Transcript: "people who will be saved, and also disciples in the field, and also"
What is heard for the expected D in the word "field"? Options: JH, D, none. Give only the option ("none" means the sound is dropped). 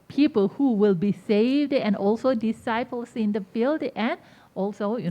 D